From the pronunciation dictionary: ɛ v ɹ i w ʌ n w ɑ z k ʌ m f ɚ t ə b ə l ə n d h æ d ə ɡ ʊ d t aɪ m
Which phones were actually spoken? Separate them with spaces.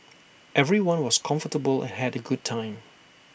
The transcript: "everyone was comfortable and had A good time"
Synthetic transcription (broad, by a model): ɛ v ɹ i w ʌ n w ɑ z k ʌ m f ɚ t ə b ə l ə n h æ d ə ɡ ʊ d t aɪ m